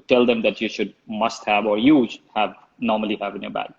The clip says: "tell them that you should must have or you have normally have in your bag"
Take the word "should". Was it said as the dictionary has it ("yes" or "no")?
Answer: yes